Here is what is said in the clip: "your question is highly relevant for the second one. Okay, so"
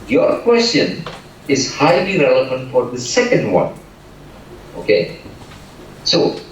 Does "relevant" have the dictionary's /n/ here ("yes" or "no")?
yes